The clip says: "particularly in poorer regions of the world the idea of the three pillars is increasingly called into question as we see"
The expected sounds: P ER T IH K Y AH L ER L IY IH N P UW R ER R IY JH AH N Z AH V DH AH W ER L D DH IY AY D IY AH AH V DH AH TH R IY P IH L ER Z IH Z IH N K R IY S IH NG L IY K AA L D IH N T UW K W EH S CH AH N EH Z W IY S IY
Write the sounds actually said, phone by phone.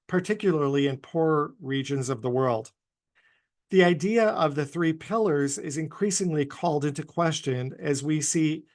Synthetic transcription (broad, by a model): P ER T IH K Y L ER L IY IH N P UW R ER R IY JH AH N Z AH V DH AH W ER L D DH IY AY D IY AH AH V DH AH TH R IY P IH L ER Z IH Z IH N K R IY S IH NG L IY K AA L D IH N T UW K W EH S CH AH N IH Z W IY S IY